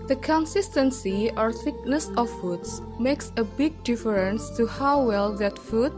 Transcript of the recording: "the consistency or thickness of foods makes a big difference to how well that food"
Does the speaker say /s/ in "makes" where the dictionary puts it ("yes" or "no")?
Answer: yes